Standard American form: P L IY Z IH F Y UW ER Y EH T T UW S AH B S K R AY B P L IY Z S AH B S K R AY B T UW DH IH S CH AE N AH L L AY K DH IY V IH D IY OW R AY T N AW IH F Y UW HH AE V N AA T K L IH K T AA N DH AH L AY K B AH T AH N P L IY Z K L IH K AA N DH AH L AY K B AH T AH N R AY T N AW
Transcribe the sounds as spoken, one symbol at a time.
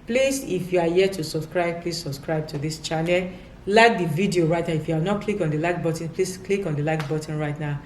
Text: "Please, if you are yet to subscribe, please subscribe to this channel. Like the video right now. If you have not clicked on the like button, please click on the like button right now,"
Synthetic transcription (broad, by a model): P L IY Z IH F Y UW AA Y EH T T UW S AH B S K R AY B P L IY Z S AH B S K R AY B T UW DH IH S CH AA N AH L L AY K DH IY V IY D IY OW R AY T N AW IH F Y UW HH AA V N AA T K L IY K AA N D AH L AY K B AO T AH N P L IY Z K L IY K AA N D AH L AY K B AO T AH N R AY T N AW